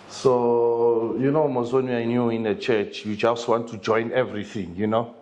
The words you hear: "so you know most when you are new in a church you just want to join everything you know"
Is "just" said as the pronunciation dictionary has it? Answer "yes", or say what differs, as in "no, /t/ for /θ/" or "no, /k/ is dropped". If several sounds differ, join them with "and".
no, /tʃ/ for /dʒ/